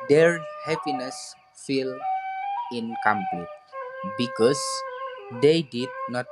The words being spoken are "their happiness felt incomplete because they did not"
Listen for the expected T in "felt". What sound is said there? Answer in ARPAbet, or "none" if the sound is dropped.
none